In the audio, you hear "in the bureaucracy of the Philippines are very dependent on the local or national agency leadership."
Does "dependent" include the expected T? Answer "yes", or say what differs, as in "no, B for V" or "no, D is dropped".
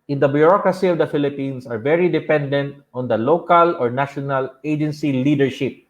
yes